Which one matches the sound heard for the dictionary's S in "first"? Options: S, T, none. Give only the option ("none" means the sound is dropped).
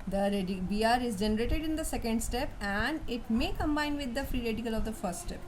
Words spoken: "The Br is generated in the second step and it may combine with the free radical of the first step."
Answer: S